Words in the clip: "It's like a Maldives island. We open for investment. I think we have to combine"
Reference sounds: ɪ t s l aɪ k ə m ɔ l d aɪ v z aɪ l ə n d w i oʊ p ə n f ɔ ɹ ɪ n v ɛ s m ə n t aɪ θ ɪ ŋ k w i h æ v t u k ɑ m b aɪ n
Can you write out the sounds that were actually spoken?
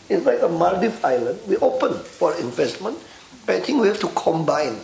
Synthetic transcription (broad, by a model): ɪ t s l aɪ k ə m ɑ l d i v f aɪ l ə n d w i oʊ p ə n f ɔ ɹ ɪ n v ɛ s m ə n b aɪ t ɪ ŋ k w i h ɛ f t u k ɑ m b aɪ n